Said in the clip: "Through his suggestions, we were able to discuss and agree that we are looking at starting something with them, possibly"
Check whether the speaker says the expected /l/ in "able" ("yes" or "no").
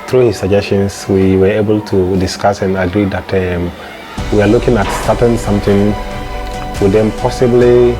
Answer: yes